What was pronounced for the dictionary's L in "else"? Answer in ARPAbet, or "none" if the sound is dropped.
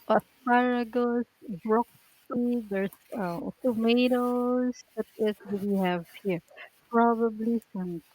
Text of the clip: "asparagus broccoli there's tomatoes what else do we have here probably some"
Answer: none